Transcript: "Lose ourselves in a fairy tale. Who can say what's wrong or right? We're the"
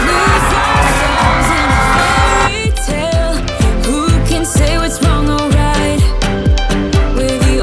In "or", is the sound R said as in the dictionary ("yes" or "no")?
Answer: no